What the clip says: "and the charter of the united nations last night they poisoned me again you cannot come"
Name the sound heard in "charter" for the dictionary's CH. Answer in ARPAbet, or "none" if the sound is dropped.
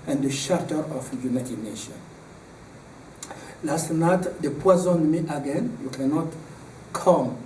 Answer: SH